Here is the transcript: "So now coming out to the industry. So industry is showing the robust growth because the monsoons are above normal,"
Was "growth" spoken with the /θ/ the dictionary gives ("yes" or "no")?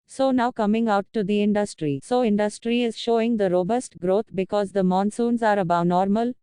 no